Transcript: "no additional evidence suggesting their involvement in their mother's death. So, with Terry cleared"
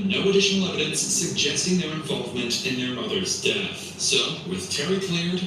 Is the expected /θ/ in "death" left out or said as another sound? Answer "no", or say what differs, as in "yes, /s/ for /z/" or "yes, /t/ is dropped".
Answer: no